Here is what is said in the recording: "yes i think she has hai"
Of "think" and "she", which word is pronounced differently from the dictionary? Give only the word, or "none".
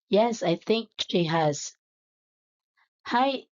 none